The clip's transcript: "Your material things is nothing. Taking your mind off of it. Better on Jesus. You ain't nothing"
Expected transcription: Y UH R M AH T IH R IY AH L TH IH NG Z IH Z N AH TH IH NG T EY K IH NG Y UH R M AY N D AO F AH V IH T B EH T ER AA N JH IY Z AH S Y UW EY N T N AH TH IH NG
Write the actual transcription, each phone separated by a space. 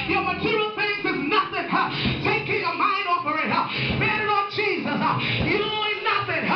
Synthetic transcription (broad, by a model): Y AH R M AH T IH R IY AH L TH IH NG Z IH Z N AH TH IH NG T EY K IH NG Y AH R M AY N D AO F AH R IH T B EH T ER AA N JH IY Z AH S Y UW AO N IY N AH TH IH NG